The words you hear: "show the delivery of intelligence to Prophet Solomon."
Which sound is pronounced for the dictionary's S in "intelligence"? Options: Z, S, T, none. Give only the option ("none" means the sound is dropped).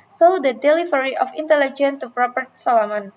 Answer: none